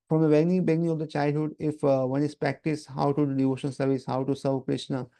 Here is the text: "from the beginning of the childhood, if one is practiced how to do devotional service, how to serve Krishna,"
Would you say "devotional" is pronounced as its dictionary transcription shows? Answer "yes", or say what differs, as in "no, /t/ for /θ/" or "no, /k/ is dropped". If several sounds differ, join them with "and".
no, /n/ is dropped and /n/ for /l/